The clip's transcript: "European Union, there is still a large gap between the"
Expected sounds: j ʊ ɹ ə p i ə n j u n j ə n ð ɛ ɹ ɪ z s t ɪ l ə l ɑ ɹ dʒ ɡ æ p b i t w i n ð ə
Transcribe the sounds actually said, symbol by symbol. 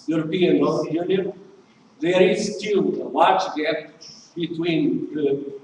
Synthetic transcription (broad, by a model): j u ɹ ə p i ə n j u n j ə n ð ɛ ɹ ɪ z s t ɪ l ə w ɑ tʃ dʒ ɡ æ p b i t w i n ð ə